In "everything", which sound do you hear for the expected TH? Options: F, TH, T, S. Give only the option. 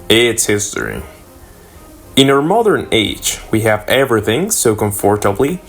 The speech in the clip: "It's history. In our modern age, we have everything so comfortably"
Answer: TH